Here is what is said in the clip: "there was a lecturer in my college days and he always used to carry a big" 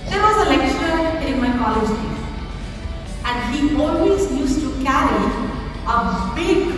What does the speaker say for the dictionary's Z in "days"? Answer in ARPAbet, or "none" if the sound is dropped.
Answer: none